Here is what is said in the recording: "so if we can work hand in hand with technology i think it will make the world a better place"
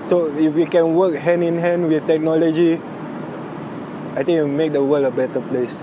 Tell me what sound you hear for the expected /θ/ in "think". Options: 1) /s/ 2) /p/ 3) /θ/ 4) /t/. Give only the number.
4